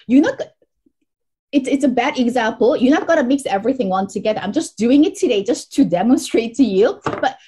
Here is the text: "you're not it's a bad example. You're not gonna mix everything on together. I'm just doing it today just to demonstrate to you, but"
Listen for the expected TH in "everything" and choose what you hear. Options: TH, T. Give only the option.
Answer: TH